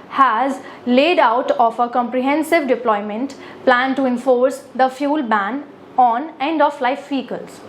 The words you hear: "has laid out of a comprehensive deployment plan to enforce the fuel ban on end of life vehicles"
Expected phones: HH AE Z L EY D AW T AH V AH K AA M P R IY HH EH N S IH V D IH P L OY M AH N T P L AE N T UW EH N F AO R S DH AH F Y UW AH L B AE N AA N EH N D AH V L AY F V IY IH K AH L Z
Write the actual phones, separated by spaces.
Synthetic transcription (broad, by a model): HH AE Z L EY D AW T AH F AH K AA M P R IY HH EH N S IH V D IH P L OY M AH N T P L AE N T UW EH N F AO R S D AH F Y UW L B AE N AA N EH N D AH F L AY F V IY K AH L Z